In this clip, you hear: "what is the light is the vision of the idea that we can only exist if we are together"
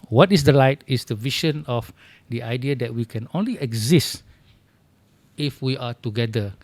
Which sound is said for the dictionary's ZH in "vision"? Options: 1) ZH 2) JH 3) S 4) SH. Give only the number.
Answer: 4